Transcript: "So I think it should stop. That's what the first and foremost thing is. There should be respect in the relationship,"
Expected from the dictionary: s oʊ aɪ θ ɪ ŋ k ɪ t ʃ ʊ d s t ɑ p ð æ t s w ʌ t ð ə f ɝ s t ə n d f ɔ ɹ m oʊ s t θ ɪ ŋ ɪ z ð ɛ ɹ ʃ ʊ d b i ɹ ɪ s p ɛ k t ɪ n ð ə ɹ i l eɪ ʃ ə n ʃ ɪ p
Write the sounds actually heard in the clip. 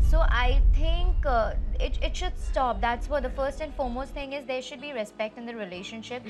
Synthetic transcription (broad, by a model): s oʊ aɪ t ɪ ŋ k ɪ t ʃ ʊ d s t ɑ p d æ t s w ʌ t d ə f ɝ s t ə n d f ɔ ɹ m oʊ s t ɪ ŋ ɪ z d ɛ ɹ ʃ ʊ d b i ɹ ɪ s p ɛ k t ɪ n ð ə ɹ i l eɪ ʃ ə n ʃ ɪ p